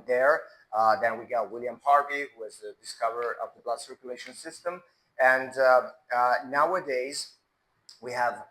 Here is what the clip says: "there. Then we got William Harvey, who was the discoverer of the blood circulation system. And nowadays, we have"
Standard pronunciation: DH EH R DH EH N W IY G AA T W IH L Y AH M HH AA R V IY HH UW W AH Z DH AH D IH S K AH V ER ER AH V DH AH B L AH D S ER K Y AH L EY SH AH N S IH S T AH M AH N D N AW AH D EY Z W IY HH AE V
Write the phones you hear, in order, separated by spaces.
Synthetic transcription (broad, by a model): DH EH R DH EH N W IY G AA T W IH L Y AH M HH AA R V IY HH UW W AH Z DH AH D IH S K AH V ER ER AH V DH AH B L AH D S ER K Y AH L EY SH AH N S IH S T AH M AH N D N AW AH D EY Z W IY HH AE V